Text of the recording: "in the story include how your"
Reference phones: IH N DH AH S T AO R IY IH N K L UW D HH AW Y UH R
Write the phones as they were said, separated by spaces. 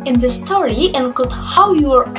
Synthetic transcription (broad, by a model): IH N DH AH S T AO R IY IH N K UW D HH AW Y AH R